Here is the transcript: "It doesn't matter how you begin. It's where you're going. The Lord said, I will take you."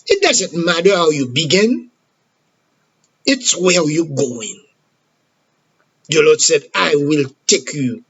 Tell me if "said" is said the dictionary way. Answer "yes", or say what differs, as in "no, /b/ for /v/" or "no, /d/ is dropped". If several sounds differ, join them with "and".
yes